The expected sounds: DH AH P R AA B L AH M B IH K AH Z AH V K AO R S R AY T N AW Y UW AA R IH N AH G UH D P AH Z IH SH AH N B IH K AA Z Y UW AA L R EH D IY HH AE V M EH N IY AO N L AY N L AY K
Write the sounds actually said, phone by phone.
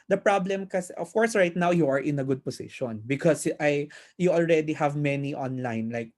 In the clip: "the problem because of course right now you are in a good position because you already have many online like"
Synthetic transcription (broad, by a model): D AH P R AA B L AH M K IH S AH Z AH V K AO R S R AY T N AW Y UW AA R IH N AH G UH D P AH S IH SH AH N B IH K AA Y Y UW AA L R EH D IY HH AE V M EH N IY AO N L AY N L AY K